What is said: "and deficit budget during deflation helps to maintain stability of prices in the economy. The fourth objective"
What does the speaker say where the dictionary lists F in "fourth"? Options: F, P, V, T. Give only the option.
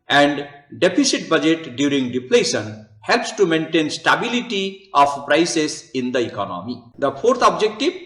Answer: P